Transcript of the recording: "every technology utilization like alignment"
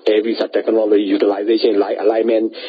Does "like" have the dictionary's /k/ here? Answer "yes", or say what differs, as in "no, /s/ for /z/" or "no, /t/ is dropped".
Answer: no, /k/ is dropped